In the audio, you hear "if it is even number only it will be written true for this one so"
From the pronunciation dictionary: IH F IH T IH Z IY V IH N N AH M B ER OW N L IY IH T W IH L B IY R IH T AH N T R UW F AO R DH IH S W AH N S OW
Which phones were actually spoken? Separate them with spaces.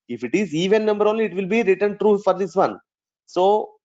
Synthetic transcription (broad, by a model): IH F IH T IH Z IY V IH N N AH M B ER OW N L IY IH T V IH L B IY R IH T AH N T R UW F AO R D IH S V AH N S OW